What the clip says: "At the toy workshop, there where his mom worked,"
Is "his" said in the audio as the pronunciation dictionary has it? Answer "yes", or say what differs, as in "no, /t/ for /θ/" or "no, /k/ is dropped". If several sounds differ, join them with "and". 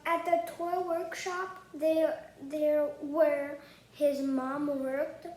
yes